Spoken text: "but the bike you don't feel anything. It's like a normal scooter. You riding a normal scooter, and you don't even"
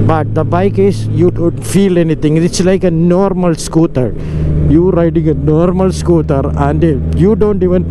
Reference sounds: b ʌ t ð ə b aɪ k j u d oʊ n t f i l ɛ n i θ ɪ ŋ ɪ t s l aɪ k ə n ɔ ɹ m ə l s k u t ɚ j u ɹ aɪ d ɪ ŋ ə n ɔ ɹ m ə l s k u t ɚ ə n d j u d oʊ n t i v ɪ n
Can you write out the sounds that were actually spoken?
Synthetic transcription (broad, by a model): b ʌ t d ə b aɪ k j u d oʊ n t f i l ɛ n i t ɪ ŋ ɪ t s l aɪ k ə n ɔ ɹ m ə l s k u t ɚ j u ɹ aɪ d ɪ ŋ ə n ɔ ɹ m ə l s k u t ɚ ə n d j u d oʊ n t i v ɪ n